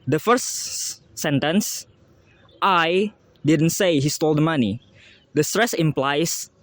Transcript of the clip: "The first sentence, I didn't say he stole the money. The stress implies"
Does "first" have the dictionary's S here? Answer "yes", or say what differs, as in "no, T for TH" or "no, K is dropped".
no, S is dropped